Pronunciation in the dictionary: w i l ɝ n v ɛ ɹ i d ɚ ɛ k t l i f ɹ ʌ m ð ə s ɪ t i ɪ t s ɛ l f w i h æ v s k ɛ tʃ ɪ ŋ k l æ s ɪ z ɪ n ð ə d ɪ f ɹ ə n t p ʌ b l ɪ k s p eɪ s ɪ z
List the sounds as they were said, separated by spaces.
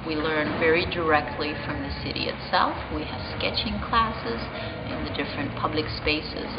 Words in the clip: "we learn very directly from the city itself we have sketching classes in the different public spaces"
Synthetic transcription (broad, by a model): w i l ɝ n v ɛ ɹ i d ɚ ɛ k t l i f ɹ ʌ m ð ə s ɪ t i ɪ t s ɛ l f w i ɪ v s k ɛ tʃ ɪ ŋ k l æ s ɪ z ɪ n ð ə d ɪ f ɹ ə n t p ʌ b l ɪ k s p eɪ s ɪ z